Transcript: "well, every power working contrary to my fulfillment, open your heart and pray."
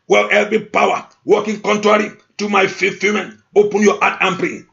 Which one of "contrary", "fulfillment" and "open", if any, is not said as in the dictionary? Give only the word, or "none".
fulfillment